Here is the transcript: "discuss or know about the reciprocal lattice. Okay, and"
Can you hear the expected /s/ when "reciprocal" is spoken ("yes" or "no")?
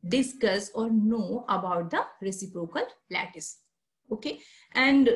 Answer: yes